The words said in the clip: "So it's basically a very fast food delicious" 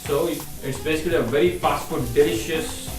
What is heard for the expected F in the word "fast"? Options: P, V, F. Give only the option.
P